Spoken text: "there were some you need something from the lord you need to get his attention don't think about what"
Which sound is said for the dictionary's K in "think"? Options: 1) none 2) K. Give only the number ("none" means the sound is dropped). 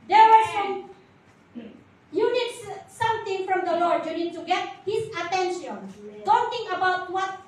1